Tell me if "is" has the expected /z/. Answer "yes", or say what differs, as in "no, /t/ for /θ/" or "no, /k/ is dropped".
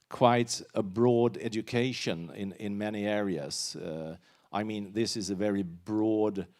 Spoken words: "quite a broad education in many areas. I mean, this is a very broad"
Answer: yes